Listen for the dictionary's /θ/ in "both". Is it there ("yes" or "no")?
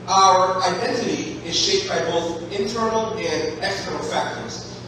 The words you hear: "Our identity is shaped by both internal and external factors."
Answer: yes